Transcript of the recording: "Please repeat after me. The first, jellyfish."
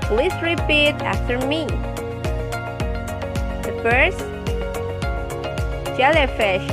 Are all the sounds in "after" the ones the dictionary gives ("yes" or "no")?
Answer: yes